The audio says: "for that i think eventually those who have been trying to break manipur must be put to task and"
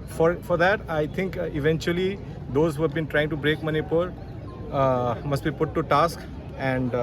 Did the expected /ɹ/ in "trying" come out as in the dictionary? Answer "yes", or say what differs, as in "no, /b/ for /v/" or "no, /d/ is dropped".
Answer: yes